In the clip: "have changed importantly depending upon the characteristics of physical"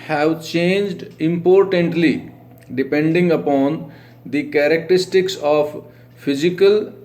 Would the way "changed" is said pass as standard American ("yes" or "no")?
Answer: yes